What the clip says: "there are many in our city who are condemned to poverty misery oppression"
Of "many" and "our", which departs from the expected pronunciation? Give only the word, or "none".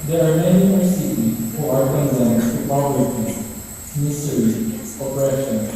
none